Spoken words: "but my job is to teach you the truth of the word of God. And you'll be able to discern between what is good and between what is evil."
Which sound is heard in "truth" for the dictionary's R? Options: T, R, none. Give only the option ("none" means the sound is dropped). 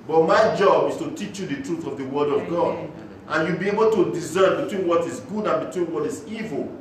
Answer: R